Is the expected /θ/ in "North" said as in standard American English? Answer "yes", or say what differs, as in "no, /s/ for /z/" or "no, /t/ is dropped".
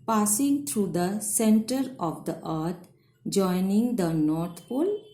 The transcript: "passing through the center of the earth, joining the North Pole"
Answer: no, /t/ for /θ/